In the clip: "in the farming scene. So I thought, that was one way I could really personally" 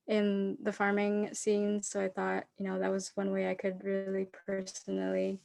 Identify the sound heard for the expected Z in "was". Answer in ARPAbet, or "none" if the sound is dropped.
Z